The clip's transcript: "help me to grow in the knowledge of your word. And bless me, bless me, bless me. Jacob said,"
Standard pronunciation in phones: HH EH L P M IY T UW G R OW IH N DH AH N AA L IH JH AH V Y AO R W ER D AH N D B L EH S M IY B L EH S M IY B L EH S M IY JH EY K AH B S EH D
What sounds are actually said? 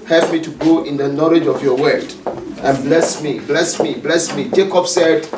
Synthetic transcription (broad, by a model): HH EH L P M IY T UW G OW IH N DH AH N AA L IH JH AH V Y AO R W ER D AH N B L EH S M IY B L EH S M IY B L EH S M IY JH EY K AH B S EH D